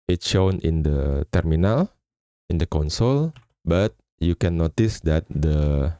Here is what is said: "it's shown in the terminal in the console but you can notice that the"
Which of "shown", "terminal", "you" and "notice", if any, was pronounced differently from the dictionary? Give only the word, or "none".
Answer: none